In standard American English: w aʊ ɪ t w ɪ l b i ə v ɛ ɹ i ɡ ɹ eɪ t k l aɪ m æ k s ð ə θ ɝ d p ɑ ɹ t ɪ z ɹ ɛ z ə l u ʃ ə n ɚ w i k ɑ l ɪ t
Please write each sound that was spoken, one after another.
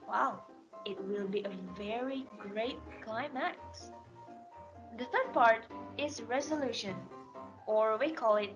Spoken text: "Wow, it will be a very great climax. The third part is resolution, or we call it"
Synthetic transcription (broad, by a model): w aʊ ɪ t w ɪ l b i ə v ɛ ɹ i ɡ ɹ eɪ t k l aɪ m æ k s ð ə θ ɝ d p ɑ ɹ t ɪ z ɹ ɛ z ə l u ʃ ə n ɚ w i k ɑ l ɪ t